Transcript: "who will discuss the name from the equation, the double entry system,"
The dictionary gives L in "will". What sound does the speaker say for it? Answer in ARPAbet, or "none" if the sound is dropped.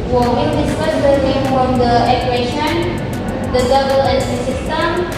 N